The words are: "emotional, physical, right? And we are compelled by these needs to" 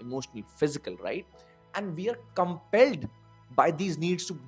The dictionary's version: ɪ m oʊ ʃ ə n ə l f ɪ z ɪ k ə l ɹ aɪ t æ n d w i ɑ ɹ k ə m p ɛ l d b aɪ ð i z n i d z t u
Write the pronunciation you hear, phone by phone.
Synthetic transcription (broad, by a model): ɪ m oʊ ʃ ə n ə l f ɪ z ɪ k ə l ɹ aɪ t æ n d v i ɑ ɹ k ə m p ɛ l d b aɪ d i z n i d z t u